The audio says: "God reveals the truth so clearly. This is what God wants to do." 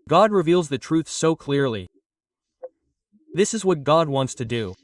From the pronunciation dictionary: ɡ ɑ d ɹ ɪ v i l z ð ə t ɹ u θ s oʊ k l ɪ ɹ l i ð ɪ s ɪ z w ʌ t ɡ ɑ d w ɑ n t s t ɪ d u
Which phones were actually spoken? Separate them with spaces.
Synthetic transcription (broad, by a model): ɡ ɑ d ɹ ɪ v i l z ð ə t ɹ u θ s oʊ k l ɪ ɹ l i ð ɪ s ɪ z w ʌ t ɡ ɑ d w ɑ n t s t ɪ d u